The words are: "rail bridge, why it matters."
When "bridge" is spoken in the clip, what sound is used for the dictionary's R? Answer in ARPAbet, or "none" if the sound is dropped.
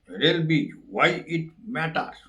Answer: none